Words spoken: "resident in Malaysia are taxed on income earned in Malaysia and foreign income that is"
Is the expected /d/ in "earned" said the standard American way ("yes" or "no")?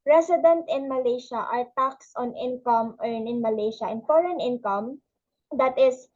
no